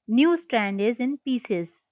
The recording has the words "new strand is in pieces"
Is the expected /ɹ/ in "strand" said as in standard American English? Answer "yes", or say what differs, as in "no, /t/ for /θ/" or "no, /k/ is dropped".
yes